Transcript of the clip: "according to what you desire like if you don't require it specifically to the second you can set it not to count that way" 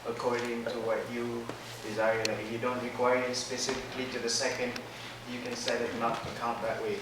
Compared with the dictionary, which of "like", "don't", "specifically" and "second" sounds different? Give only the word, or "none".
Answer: none